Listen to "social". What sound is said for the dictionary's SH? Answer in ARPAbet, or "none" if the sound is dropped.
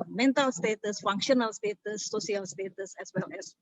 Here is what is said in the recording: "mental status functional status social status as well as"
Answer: none